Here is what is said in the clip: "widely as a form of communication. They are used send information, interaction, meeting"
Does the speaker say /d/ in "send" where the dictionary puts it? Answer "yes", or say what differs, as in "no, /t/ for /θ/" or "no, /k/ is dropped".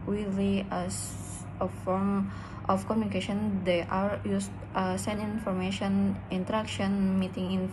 no, /d/ is dropped